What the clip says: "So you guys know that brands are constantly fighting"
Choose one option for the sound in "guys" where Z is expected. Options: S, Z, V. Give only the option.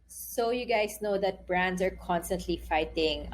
S